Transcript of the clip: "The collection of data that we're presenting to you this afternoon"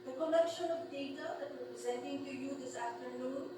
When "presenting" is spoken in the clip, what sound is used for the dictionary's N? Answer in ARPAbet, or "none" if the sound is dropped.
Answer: N